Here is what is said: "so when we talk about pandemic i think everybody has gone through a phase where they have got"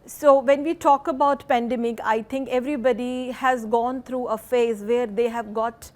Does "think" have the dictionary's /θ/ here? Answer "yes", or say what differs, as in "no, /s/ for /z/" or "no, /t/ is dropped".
no, /t/ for /θ/